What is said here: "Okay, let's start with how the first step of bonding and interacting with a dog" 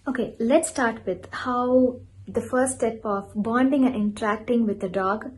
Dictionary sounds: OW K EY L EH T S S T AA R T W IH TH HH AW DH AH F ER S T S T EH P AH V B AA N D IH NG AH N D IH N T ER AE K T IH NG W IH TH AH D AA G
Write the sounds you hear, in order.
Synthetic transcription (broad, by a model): OW K EY L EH T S S T AA R T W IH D HH AW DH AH F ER T S T EH P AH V B AA N D IH NG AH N IH N T ER AE K T IH NG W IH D AH D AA G